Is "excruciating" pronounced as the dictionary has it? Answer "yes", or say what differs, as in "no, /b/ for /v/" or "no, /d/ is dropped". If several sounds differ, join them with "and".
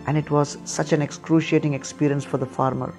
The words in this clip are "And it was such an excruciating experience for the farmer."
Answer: yes